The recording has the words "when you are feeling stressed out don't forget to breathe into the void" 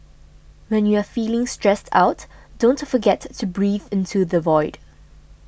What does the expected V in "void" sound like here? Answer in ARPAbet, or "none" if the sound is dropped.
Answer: V